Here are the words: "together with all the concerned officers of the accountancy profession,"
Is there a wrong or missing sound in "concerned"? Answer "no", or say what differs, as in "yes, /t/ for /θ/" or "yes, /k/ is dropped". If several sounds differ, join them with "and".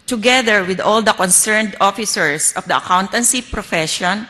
no